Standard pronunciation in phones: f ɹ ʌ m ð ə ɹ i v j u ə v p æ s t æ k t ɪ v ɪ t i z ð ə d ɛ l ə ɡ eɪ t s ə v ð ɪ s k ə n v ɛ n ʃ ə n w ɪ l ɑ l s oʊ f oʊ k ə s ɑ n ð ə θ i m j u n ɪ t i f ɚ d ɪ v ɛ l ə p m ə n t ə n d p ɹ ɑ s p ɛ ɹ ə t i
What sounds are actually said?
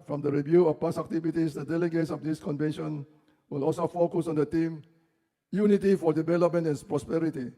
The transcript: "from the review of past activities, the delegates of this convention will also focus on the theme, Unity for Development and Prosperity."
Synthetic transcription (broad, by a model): f ɹ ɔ m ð ə ɹ i v j u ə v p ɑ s æ k t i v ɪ t i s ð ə d ɛ l ə ɡ eɪ t s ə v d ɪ s k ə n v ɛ n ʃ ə n w ɪ l ɑ l s oʊ f oʊ k ə s ɑ n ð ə t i m j u n ɪ t i f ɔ d ɪ v ɛ l ə p m ə n t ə n p ɹ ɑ s p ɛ ɹ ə t i